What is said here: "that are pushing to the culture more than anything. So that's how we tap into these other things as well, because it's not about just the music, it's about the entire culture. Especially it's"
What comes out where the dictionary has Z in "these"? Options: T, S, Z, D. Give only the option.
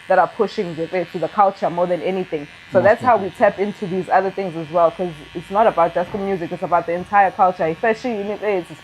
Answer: Z